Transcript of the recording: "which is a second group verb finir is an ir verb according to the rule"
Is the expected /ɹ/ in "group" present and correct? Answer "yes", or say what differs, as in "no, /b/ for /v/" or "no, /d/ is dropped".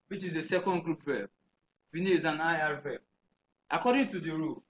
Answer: yes